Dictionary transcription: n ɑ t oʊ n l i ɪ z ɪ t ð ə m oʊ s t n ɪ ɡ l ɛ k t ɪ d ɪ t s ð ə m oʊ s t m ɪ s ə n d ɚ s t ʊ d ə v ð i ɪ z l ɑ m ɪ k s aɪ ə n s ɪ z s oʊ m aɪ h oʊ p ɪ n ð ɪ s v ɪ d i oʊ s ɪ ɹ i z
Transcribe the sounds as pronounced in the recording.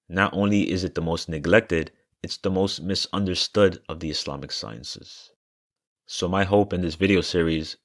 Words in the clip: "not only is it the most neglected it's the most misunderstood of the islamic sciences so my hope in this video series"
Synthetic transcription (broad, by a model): n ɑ t oʊ n l i ɪ z ɪ t ð ə m oʊ s t n ɪ ɡ l ɛ k t ɪ d ɪ t s ð ə m oʊ s t m ɪ s ə n d ɚ s t ʊ d ə v ð i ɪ s l ɑ m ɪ k s aɪ ə n s ɪ z s oʊ m aɪ h oʊ p ɪ n ð ɪ s v ɪ d i oʊ s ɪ ɹ i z